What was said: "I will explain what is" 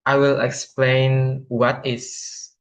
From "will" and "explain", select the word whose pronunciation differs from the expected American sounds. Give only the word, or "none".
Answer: none